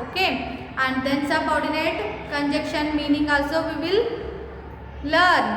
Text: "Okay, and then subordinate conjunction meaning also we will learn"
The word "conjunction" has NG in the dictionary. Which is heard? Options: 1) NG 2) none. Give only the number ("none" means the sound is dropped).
2